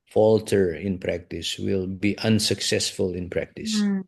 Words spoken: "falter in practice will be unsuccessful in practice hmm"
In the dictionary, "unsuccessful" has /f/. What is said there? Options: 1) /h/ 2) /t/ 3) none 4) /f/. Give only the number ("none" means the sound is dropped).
4